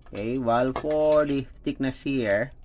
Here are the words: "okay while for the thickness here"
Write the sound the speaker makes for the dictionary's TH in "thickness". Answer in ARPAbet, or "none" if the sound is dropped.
F